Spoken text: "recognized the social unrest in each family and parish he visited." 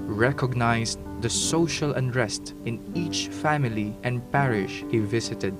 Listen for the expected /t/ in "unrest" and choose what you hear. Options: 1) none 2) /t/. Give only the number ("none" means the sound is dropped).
2